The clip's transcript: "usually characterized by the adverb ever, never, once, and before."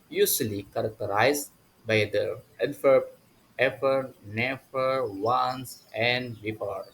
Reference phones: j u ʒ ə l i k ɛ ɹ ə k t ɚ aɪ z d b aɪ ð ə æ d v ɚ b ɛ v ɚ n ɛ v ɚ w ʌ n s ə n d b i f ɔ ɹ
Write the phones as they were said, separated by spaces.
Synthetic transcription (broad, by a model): j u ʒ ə l i k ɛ ɹ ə k t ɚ aɪ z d b aɪ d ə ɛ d f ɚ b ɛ f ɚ n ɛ f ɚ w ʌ n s ə n d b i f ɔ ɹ